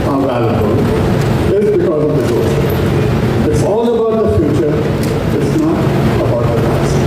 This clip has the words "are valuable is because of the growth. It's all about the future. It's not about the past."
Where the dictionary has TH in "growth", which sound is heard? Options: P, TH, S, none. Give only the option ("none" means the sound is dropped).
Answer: S